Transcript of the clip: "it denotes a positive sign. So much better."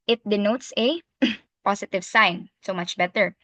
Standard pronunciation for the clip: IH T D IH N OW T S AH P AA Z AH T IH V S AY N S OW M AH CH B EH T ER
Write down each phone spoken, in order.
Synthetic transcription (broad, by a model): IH T D IH N OW T S AH P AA S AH T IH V S AY N S OW M AH CH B EH T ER